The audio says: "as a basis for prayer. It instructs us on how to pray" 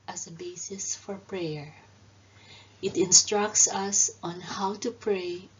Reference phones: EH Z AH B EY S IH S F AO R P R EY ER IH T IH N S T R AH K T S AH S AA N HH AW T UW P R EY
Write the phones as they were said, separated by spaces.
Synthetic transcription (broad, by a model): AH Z AH B EY S IH S F AO R P R EY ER IH T IH N S T R AH K T S AH S AA N HH AW T UW P R EY